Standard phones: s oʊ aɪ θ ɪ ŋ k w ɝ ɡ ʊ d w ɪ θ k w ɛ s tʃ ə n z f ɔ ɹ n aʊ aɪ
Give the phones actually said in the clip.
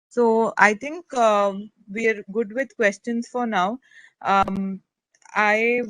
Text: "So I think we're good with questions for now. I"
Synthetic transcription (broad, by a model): s oʊ aɪ t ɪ ŋ k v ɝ ɡ ʊ d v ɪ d k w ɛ s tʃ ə n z f ɔ ɹ n aʊ aɪ